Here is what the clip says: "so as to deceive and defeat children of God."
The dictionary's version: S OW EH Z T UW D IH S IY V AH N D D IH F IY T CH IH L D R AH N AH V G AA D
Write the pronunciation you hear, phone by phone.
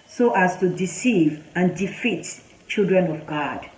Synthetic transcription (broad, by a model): S OW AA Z T UW D IH S IY V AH N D D IH F IY T CH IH L D R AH N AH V G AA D